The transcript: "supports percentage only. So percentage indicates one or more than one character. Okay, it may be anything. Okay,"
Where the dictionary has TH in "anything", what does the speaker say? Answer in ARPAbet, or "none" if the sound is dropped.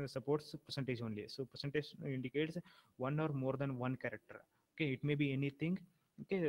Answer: T